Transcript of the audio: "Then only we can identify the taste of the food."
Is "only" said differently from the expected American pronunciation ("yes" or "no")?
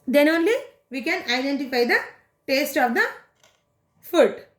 no